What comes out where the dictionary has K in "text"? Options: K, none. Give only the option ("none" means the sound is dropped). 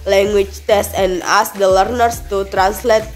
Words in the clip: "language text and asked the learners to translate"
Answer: none